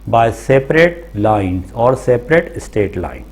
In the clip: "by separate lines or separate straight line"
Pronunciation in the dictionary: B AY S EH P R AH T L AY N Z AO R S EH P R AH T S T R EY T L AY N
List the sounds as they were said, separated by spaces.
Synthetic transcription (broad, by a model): B AY S EH P R AH T L AY N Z AO R S EH P R AH T S T EY T L AY N